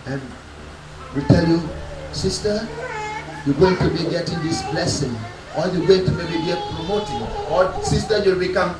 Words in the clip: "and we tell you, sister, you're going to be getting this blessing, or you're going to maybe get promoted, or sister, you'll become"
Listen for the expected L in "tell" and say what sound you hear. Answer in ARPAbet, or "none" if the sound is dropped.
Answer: L